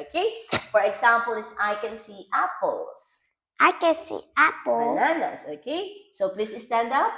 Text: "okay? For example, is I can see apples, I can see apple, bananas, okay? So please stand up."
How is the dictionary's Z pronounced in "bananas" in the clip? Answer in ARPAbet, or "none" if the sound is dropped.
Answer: S